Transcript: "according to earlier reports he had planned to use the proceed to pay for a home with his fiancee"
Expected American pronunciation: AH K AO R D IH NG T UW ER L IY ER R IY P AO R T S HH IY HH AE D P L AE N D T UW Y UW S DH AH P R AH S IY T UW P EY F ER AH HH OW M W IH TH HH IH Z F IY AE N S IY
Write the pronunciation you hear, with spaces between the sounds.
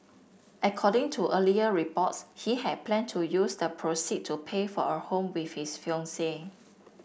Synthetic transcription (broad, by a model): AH K AO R D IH NG T UW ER L IY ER R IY P AO T S HH IY HH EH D P L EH N T UW Y UW S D AH P R AH S IY T UW P EY F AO AH HH OW M W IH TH HH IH S F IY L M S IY